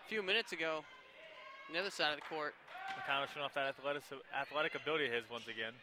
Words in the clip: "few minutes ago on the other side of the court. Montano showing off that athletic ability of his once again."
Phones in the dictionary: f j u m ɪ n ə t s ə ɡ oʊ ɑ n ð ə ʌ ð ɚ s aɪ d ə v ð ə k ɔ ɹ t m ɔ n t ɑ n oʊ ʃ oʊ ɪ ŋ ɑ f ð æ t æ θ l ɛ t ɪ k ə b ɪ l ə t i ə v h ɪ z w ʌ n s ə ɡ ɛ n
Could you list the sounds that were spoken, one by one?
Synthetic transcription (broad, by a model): f j u m ɪ n ə t s ə ɡ oʊ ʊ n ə ʌ ð ɚ s aɪ d ə v ð ə k ɔ ɹ t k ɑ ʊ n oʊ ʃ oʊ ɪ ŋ ɑ f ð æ t æ θ l ɛ t ɪ k ə b ɪ l ə t i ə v h ɪ z w ʌ n s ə ɡ ɛ n